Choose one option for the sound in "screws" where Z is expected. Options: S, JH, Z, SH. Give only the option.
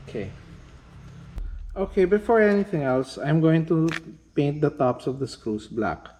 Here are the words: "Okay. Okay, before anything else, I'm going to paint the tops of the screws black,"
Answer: S